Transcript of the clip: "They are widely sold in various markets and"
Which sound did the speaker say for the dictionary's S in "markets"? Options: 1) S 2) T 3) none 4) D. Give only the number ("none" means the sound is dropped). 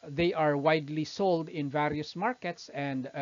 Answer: 1